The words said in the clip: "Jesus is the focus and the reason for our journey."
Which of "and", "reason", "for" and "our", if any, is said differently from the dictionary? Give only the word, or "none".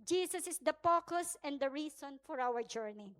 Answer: reason